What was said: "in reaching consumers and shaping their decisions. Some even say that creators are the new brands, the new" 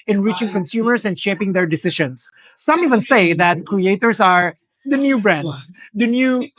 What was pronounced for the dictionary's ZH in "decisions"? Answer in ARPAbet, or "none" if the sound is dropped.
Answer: SH